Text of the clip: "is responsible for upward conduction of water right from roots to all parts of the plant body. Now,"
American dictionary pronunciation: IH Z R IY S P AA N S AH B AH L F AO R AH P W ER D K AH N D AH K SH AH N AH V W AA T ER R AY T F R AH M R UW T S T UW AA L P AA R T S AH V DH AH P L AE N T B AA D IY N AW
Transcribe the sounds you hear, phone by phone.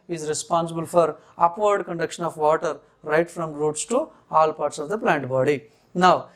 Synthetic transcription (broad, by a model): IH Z R IY S P AA N S AH B AH L F AO R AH P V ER D K AH N D AH K SH AH N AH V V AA T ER R AY T F R AH M R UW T S T UW AA L P AA R T S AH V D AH P L AE N T B AA D IY N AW